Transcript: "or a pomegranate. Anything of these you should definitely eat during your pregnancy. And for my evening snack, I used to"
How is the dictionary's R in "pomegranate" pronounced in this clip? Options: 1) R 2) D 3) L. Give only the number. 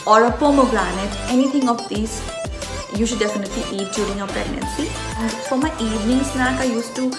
3